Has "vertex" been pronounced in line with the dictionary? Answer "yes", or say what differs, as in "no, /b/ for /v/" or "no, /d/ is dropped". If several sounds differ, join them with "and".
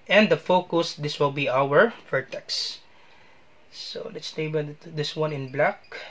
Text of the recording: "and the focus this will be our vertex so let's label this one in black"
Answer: no, /f/ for /v/